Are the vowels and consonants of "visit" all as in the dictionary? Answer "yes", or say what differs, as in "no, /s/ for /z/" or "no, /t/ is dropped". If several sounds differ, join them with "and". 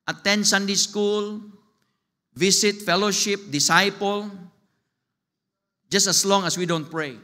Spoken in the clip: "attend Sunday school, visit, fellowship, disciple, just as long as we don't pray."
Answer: no, /s/ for /z/